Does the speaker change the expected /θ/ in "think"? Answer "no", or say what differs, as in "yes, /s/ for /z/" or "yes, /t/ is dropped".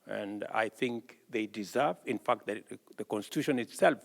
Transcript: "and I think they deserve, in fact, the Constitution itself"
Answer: no